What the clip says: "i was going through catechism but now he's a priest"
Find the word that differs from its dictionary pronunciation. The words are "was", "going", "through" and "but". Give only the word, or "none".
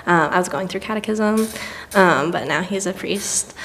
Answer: none